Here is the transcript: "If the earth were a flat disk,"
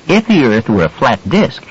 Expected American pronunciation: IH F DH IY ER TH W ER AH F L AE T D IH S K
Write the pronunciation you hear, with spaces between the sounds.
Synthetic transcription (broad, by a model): IH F DH IY ER TH W ER AH F L AE T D IH S K